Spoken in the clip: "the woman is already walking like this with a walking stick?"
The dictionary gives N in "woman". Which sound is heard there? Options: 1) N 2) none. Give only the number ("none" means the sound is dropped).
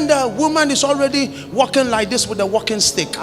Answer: 1